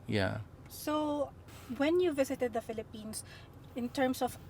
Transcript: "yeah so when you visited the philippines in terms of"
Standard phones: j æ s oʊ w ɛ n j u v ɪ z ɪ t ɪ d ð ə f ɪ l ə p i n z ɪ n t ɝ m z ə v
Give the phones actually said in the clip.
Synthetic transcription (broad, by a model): j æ s oʊ w ɛ n j u v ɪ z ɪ t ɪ d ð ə f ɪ l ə p i n s ɪ n t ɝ m s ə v